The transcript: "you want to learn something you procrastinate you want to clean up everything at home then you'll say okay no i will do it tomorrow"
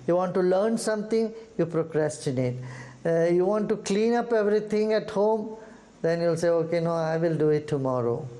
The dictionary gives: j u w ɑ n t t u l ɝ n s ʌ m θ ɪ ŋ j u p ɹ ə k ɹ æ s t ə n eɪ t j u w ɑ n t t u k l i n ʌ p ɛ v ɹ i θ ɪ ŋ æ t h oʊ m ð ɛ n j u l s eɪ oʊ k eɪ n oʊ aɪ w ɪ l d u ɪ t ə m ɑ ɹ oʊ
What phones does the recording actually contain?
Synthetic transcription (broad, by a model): j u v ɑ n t t u l ɝ n s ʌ m t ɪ ŋ j u p ɹ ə k ɹ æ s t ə n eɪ t j u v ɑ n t t u k l i n ʌ p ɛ v ɹ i t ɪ ŋ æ t h oʊ m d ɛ n j u l s eɪ oʊ k eɪ n oʊ aɪ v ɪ l d u ɪ t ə m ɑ ɹ oʊ